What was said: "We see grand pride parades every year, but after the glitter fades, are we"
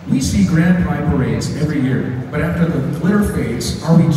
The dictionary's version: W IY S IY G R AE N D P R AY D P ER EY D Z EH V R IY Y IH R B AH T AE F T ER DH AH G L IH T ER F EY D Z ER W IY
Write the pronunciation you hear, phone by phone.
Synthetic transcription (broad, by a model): W IY S IY G R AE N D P AY P ER EY D Z EH V R IY Y IH R B AH T AE F T ER DH AH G L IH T ER F EY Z ER W IY